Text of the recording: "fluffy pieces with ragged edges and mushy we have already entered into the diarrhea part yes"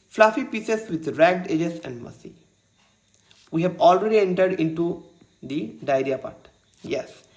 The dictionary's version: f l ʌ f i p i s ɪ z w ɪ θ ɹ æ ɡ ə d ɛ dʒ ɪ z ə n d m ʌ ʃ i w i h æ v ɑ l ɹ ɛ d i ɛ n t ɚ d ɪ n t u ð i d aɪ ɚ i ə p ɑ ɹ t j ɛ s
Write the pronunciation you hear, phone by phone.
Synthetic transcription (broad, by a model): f l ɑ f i p i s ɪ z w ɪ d ɹ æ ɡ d ɛ dʒ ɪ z ə n d m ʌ s i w i h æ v ɑ l ɹ ɛ d i ɛ n t ɚ d ɪ n t u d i d aɪ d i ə p ɑ ɹ t j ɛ s